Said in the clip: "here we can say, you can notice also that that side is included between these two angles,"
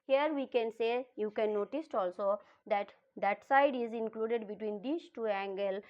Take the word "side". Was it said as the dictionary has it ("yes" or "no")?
yes